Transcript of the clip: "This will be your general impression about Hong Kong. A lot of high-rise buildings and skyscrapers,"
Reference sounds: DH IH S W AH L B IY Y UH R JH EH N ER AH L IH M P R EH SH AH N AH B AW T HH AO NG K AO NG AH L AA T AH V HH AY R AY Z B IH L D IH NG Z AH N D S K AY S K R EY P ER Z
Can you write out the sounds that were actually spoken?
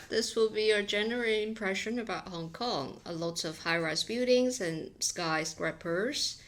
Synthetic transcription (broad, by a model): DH IH S W AH L B IY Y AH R JH EH N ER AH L IH M P R EH SH AH N AH B AW T HH AO NG K AO NG AH L AA T AH V HH AY R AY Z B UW D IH NG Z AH N S K AY S K R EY P ER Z